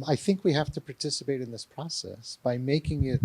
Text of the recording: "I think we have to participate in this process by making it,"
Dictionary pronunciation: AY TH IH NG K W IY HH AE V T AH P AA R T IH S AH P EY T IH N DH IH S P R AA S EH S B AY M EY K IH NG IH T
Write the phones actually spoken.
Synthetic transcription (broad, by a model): AY TH IH NG K W IY HH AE F T AH P AA R T IH S AH P EY T IH N DH IH S P R AA S EH S B AY M EY K IH NG IH T